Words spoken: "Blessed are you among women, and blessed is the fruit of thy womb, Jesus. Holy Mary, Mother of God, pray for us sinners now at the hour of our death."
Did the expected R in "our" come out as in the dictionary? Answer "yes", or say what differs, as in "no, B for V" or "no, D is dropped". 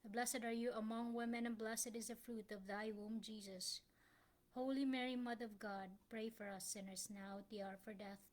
yes